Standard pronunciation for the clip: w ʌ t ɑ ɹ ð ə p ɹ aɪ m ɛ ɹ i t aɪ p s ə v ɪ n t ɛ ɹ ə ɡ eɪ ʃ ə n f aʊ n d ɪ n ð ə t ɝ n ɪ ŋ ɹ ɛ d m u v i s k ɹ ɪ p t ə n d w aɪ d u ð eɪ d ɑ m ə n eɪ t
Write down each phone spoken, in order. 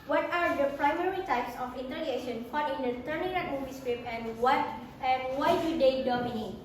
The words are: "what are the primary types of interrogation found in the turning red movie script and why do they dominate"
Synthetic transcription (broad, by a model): w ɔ t ɑ ɹ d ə p ɹ aɪ m ɛ ɹ i t aɪ p s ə f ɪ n t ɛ l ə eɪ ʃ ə n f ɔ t ɪ n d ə t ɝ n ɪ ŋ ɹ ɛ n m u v i s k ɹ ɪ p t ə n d w aɪ d u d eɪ d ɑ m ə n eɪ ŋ